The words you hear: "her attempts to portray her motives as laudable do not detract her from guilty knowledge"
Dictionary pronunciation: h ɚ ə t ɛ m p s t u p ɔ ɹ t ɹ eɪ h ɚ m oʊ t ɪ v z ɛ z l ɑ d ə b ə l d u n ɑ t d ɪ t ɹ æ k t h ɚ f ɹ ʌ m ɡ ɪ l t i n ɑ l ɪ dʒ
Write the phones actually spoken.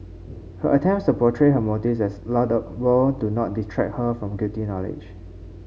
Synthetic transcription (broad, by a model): h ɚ ə t ɛ m p s t u p ɔ t ɹ eɪ h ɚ m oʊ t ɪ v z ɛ s l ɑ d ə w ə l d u n ɑ t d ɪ t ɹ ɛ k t h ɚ f ɹ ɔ m ɡ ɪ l t i n ɑ l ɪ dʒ